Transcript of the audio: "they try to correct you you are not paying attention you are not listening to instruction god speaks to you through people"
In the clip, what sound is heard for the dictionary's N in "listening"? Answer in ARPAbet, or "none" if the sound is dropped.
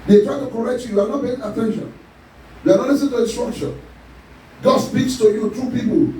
none